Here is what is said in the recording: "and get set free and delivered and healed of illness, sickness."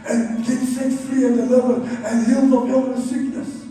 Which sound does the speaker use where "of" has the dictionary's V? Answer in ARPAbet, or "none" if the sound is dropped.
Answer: P